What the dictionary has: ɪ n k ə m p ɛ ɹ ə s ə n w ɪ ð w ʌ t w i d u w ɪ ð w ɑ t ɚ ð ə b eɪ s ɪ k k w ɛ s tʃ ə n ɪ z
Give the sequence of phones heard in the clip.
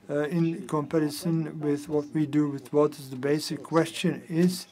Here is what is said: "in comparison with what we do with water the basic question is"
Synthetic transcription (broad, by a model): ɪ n k ə m p ɛ ɹ ə s ə n w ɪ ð w ʌ t w i d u w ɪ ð w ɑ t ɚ ð ə b eɪ s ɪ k k w ɛ s tʃ ə n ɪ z